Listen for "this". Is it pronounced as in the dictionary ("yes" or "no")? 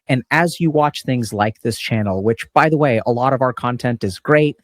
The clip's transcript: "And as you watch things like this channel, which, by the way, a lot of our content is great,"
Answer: yes